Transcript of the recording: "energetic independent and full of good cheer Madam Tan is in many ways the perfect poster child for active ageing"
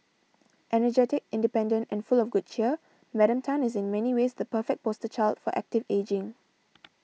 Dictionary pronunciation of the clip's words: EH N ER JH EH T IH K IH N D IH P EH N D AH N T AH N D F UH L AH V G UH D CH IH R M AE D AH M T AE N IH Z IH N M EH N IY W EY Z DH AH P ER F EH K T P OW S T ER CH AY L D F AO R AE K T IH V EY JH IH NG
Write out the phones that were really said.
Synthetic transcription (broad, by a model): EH N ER JH EH T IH K IH N D IH P EH N D AH N T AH N F UH L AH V G UH D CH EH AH M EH D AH M T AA N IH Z IH N M EH N IY W EY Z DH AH P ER F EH K P OW S T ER CH AY L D F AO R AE K T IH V EY JH IH NG